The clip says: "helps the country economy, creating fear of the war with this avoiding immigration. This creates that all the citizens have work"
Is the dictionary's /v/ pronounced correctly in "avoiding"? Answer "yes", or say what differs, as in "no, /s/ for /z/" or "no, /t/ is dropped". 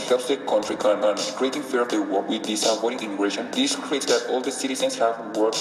no, /p/ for /v/